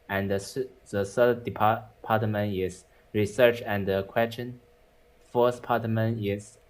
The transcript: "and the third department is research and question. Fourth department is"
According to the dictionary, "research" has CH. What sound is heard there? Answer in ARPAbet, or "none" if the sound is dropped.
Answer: CH